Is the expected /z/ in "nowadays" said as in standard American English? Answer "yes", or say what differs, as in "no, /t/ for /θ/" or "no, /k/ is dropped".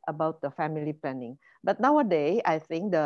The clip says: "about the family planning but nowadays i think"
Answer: no, /z/ is dropped